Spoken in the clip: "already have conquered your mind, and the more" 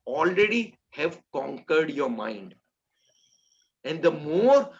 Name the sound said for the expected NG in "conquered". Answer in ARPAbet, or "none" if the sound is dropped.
NG